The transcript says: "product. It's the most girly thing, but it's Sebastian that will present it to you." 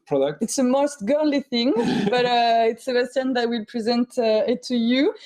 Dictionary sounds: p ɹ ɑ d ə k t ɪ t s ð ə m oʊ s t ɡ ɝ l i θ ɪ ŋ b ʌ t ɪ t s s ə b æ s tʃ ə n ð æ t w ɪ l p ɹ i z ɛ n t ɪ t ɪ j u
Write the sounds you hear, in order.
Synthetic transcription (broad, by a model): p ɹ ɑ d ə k t ɪ t s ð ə m oʊ s t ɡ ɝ l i θ ɪ ŋ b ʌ t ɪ t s s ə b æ s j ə n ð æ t w ɪ l p ɹ i z ɛ n t ɪ t ɪ j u